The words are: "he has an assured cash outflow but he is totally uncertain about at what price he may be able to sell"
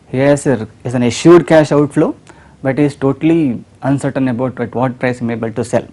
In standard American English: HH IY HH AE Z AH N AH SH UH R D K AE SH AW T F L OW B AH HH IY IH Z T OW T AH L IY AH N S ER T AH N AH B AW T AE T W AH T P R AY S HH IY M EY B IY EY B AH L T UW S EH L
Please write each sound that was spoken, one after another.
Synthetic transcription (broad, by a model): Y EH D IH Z AH N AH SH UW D K AE SH AW T F L OW B AH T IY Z T OW T AH L IY AH N S ER T AH N AH B AW T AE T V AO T P R AY S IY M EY EY B AH L T UW S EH L